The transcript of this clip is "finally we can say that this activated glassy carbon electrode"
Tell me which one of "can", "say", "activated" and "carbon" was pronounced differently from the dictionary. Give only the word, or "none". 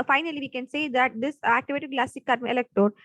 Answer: carbon